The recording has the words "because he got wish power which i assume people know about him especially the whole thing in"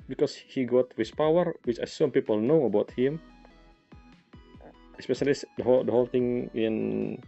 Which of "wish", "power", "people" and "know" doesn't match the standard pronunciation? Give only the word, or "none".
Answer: wish